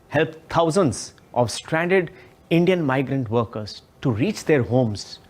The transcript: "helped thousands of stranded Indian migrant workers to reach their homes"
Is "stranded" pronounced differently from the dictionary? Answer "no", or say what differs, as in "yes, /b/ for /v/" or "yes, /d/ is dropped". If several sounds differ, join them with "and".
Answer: no